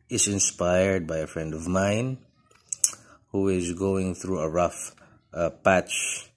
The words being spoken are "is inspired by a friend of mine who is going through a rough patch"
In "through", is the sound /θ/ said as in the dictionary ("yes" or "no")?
yes